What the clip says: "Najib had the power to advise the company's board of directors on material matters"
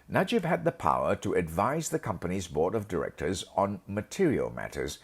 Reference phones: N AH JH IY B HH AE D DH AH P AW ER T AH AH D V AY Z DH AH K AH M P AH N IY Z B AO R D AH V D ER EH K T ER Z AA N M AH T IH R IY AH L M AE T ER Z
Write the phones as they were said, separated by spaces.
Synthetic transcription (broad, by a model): N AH JH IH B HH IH D DH AH P AW ER T AH AH D V AY Z DH AH K AH M P AH N IY Z B AO R D AH V D ER EH K T ER Z N M AH T IH R IY AH L M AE T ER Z